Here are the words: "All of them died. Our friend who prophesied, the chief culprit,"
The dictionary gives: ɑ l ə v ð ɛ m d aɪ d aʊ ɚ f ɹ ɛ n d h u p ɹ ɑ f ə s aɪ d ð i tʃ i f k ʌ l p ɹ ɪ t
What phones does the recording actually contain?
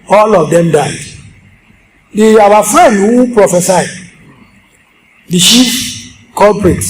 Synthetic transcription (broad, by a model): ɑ l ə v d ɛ m d aɪ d aʊ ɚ f ɹ ɛ n d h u p ɹ ɑ f ə s aɪ d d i ʃ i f k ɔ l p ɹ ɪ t